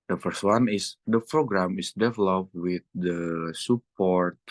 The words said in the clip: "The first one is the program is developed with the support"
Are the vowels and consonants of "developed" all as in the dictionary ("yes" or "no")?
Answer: yes